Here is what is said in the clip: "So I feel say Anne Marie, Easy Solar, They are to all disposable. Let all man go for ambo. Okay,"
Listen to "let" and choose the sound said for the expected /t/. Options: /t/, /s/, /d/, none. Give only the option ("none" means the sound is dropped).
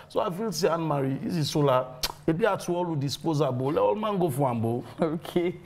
none